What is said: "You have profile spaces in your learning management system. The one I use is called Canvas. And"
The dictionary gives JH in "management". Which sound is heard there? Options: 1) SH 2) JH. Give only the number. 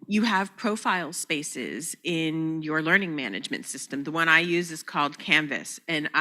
2